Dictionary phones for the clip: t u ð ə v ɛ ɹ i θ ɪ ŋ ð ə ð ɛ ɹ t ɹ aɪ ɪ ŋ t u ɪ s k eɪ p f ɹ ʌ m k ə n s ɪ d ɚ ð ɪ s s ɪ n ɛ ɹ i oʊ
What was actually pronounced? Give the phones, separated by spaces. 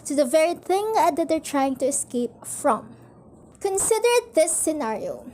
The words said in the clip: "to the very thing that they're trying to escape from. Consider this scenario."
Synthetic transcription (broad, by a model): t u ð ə v ɛ ɹ i θ ɪ ŋ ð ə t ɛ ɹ t ɹ aɪ ɪ ŋ t u ɪ s k eɪ p f ɹ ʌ m k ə n s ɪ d ɚ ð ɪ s s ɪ n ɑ ɹ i oʊ